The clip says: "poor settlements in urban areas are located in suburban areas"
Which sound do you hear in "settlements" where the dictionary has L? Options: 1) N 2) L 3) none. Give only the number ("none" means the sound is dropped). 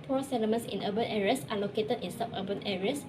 3